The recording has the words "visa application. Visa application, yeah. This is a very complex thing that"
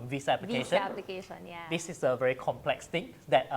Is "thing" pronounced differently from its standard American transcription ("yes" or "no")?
yes